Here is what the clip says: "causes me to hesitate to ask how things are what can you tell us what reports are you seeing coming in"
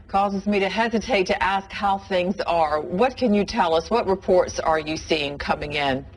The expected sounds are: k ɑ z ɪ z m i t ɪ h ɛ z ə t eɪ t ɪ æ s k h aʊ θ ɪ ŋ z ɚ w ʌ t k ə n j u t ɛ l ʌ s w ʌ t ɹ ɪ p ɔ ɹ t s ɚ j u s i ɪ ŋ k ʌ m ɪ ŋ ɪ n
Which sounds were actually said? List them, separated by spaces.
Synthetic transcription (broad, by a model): k ɑ z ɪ z m i t ɪ h ɛ z ə t eɪ t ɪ æ s k h aʊ θ ɪ ŋ z ɚ w ʌ t k ə n j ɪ t ɛ l ʌ s w ʌ t ɹ ɪ p ɔ ɹ t s ɚ j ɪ s i ɪ ŋ k ʌ m ɪ ŋ ɪ n